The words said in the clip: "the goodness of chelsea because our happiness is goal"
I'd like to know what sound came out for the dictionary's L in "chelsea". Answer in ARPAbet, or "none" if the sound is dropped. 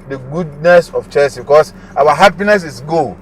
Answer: none